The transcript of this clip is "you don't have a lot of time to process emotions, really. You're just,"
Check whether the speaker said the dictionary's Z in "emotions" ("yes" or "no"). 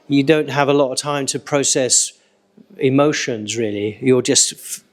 yes